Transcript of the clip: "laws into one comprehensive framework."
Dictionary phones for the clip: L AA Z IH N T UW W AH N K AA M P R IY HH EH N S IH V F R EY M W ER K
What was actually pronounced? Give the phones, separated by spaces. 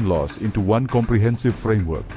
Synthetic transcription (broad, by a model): L AA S IH N T UW W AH N K AA M P R IY HH EH N S IH V F R EY M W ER K